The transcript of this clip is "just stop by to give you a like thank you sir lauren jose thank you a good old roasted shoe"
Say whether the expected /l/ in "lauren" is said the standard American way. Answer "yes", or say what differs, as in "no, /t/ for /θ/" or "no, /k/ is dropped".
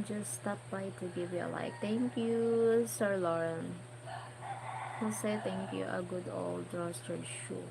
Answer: yes